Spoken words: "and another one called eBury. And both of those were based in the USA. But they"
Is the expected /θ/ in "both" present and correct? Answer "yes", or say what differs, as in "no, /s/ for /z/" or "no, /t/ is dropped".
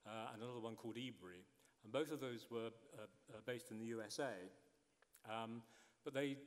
yes